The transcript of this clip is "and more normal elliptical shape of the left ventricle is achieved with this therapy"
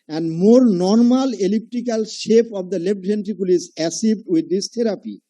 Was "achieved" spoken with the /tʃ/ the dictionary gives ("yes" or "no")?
no